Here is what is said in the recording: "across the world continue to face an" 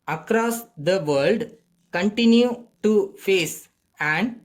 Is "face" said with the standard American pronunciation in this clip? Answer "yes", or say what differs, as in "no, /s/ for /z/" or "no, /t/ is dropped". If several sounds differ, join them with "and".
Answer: yes